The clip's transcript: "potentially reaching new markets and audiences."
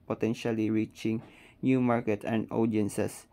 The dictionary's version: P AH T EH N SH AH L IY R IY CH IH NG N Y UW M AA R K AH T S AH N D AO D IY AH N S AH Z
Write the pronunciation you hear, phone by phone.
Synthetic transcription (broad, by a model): P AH T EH N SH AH L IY R IY CH IH NG N Y UW M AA R K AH T AH N D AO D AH N S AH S